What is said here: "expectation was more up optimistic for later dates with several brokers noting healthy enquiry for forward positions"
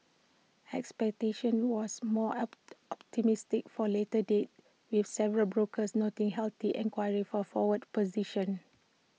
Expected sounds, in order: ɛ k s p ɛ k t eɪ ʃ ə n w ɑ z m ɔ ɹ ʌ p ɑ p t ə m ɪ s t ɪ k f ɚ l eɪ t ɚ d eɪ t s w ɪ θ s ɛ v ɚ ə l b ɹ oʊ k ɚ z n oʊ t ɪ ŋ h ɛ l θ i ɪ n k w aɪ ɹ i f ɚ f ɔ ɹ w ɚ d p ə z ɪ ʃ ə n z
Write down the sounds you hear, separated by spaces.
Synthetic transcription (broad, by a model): ɛ k s p ɛ k t eɪ ʃ ə n w ɑ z m ɔ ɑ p t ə m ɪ s t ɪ k f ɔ l eɪ t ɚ d eɪ t w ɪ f s ɛ v ɚ ə l b ɹ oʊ k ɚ s n oʊ t ɪ ŋ h ɛ l t i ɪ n k w aɪ ɹ i f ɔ f ɔ w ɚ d p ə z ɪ ʃ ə n